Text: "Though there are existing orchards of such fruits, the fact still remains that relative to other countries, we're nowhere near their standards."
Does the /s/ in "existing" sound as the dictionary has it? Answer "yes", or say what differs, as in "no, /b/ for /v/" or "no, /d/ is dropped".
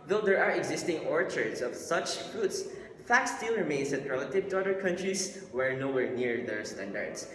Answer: yes